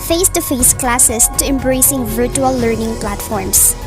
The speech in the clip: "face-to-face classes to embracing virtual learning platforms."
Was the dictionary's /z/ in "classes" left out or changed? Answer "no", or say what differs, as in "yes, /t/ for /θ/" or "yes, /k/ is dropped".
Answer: yes, /s/ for /z/